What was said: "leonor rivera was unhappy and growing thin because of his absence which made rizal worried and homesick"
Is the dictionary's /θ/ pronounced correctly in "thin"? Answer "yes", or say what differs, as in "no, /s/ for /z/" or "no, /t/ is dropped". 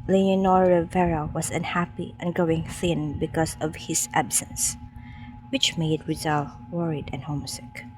yes